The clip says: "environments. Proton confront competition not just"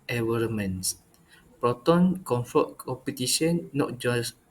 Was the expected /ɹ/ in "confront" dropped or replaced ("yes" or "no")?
yes